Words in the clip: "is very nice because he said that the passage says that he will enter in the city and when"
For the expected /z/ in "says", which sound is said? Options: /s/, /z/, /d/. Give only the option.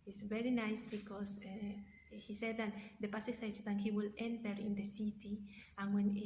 /s/